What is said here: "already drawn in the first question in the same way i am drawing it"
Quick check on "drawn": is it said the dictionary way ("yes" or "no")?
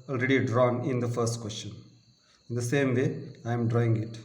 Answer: yes